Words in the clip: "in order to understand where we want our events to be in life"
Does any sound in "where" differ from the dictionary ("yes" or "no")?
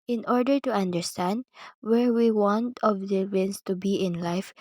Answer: no